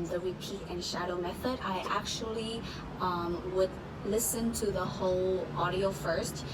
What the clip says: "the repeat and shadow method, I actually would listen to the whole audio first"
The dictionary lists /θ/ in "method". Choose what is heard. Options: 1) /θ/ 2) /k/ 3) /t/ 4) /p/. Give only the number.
1